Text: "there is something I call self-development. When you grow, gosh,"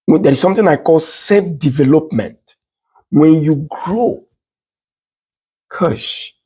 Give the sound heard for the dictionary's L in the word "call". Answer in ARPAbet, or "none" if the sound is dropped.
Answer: L